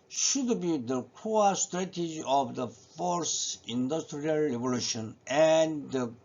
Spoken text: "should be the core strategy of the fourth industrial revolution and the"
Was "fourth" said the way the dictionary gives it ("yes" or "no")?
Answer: no